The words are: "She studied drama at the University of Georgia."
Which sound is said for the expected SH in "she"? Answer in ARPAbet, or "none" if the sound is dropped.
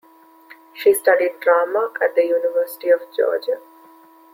SH